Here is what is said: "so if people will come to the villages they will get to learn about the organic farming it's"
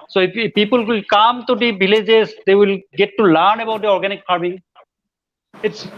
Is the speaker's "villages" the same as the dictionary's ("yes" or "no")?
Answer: no